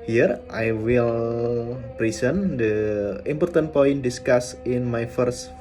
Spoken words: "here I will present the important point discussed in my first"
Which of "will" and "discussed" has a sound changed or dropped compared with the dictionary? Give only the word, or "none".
discussed